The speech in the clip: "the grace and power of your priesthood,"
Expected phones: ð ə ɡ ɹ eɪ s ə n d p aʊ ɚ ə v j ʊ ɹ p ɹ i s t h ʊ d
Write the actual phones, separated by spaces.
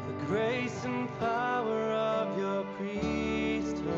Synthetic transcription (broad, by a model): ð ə ɡ ɹ eɪ s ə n p aʊ ɚ ə v j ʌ ɹ p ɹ i s t